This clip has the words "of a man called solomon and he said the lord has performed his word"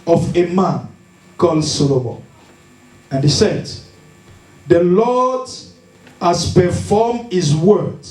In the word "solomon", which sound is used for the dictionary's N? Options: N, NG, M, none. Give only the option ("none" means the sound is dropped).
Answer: none